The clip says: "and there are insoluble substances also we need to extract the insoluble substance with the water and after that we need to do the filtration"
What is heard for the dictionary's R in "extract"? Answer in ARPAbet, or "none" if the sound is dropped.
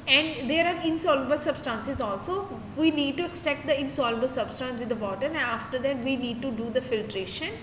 none